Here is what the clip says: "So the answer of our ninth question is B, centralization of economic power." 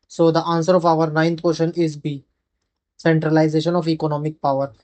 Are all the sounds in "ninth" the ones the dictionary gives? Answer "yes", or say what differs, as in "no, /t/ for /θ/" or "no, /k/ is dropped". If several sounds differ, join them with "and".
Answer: no, /t/ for /θ/